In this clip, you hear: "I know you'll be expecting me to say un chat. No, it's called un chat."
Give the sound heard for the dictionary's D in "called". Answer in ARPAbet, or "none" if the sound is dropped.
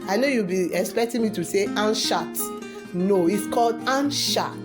D